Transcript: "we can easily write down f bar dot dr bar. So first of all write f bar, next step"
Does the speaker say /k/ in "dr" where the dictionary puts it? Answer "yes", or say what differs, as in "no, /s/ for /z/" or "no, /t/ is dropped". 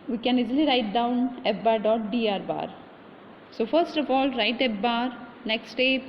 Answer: no, /k/ is dropped